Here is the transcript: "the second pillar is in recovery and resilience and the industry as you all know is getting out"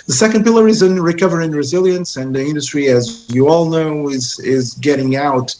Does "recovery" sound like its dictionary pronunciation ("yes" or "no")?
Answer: yes